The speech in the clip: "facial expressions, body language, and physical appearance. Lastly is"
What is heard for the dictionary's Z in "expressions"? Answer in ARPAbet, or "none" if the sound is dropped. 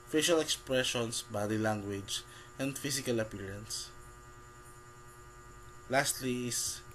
S